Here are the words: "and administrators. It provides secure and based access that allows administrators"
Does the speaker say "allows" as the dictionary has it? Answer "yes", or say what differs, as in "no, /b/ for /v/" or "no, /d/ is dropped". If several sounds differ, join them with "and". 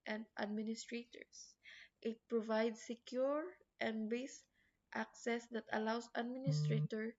no, /s/ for /z/